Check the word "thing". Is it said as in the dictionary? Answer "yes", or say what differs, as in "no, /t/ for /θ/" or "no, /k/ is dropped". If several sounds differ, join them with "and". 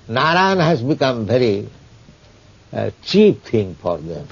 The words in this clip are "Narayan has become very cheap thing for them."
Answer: no, /t/ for /θ/